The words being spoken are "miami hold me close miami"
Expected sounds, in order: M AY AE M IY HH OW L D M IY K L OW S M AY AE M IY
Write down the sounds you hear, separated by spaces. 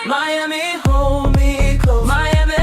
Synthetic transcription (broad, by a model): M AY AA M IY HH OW M IY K OW M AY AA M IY